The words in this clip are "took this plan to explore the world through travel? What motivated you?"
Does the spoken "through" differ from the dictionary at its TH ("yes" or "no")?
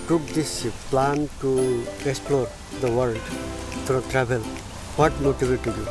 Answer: yes